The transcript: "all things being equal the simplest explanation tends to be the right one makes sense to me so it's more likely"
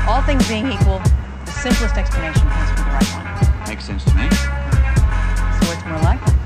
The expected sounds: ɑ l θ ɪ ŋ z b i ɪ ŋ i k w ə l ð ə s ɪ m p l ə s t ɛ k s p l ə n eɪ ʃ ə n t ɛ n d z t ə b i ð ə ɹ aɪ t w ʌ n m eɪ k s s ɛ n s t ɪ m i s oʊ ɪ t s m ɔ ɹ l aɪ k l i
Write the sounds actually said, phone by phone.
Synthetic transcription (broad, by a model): ɑ l θ ɪ ŋ z b i ɪ ŋ i k w ə l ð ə s ɪ m p l ə s t ɛ k s p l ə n eɪ ʃ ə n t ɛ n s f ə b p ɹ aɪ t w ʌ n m eɪ k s s ɛ n s t ɪ m i s oʊ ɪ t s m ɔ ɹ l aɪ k